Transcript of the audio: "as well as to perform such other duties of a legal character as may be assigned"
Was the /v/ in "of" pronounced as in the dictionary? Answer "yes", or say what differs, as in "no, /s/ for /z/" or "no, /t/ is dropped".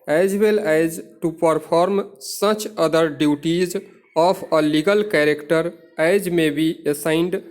no, /p/ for /v/